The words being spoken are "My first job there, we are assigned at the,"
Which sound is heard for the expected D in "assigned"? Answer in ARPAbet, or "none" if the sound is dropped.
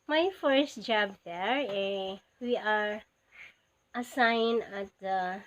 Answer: none